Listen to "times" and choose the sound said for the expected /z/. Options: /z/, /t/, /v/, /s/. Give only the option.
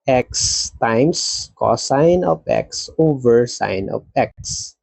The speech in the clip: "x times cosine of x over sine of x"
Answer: /s/